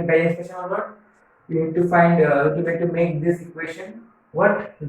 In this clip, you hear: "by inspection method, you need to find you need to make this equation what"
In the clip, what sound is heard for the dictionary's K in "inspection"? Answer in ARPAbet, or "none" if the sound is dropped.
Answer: none